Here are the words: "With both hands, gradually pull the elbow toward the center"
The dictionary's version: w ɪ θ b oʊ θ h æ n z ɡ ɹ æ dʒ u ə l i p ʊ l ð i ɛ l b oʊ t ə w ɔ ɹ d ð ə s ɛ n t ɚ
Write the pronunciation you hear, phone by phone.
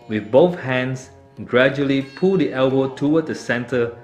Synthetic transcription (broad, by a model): w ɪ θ b oʊ θ h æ n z ɡ ɹ æ dʒ u ə l i p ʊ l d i ɛ l b oʊ t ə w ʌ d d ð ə s ɛ n t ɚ